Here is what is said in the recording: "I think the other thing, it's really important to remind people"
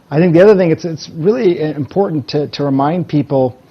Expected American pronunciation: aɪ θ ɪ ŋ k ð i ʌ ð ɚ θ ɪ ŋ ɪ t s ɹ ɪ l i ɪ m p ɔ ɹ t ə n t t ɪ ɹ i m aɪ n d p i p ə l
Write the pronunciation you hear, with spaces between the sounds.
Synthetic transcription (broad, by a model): aɪ θ ɪ ŋ k ð i ʌ ð ɚ θ ɪ ŋ ɪ t s ɹ ɪ l i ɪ m p ɔ ɹ t n t t ɪ ɹ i m aɪ n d p i p l